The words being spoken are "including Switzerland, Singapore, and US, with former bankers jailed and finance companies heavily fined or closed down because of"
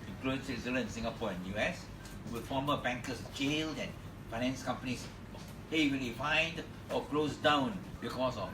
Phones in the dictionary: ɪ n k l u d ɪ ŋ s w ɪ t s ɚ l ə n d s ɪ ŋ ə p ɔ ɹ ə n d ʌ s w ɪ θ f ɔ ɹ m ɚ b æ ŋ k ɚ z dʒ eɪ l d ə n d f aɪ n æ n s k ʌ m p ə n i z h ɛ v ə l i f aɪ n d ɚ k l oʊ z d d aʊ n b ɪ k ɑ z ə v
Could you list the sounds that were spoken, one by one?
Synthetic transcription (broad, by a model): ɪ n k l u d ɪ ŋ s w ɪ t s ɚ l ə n s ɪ ŋ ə p ɔ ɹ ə n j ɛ s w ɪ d f ɔ m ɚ b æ ŋ k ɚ s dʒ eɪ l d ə n f aɪ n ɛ n s k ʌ m p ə n i s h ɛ w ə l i f aɪ n d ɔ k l oʊ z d d aʊ n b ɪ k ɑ s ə